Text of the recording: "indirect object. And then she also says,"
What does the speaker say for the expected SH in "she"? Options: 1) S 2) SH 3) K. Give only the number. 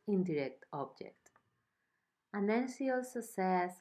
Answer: 1